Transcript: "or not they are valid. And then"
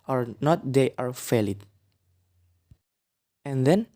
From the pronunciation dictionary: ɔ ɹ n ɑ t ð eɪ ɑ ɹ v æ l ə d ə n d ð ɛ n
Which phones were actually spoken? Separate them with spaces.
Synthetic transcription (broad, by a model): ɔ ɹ n ɑ t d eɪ ɑ ɹ f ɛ l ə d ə n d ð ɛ n